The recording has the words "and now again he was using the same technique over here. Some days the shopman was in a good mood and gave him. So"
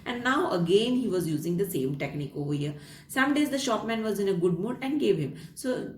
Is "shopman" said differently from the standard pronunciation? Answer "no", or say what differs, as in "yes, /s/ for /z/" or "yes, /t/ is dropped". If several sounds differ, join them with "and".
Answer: no